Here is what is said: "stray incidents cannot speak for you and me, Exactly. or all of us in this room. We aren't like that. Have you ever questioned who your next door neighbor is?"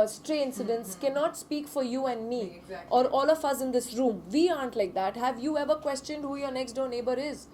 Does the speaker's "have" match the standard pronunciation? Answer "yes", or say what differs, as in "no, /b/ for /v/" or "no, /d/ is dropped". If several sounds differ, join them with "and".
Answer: yes